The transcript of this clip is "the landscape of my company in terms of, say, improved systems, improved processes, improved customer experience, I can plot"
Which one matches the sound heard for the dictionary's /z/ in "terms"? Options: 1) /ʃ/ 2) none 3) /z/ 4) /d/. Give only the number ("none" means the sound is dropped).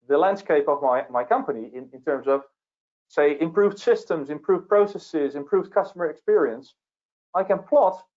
3